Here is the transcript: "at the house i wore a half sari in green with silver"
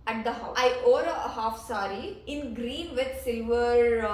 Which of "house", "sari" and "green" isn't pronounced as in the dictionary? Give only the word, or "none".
house